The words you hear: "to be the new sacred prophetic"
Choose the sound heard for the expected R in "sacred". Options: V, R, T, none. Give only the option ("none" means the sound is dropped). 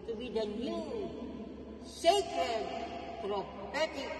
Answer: none